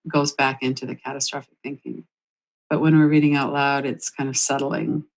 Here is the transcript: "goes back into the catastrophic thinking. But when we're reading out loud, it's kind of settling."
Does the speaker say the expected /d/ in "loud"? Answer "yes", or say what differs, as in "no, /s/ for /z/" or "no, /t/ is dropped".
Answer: yes